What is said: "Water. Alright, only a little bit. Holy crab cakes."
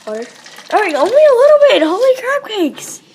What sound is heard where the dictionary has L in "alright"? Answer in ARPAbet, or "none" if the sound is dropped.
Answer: none